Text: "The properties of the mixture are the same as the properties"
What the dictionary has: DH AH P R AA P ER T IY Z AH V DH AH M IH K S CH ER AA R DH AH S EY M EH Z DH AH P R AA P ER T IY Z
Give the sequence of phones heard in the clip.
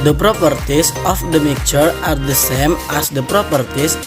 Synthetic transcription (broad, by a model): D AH P R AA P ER T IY S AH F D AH M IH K CH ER AA R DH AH S EY M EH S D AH P R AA P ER T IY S